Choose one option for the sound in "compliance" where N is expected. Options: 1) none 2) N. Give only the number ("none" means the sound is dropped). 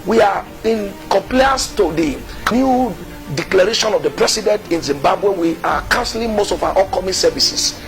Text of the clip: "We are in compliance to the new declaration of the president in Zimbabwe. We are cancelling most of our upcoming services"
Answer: 1